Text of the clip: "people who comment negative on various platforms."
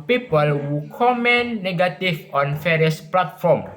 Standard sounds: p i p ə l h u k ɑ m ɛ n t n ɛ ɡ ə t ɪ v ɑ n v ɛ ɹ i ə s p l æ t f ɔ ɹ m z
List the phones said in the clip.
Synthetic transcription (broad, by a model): p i p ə l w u k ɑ m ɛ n n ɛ ɡ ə t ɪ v ɑ n f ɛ ɹ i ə s p l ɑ t f ɔ m